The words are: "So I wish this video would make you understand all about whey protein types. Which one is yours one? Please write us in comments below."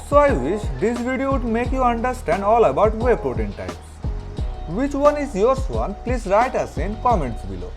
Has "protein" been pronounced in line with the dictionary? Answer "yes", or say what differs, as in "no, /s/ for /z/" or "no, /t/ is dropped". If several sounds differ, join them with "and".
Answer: no, /b/ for /p/